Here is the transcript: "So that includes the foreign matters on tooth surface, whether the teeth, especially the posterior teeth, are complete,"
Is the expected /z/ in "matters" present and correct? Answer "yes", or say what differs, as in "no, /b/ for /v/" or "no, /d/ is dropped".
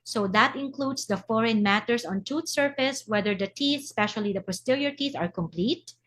no, /s/ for /z/